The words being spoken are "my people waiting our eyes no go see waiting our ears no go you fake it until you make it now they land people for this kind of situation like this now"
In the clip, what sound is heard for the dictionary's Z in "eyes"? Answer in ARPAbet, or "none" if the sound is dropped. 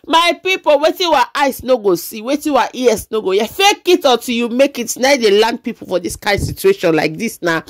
S